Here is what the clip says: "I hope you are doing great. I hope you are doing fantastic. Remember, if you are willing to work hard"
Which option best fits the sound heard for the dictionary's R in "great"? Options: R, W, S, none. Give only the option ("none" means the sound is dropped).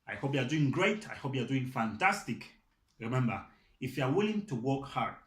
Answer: R